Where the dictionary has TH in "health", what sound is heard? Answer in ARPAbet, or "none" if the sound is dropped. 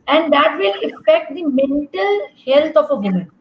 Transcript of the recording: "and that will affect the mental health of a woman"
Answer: T